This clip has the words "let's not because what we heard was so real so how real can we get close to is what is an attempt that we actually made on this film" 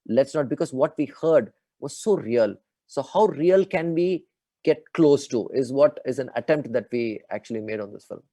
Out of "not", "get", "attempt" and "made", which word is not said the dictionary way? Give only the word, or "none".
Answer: none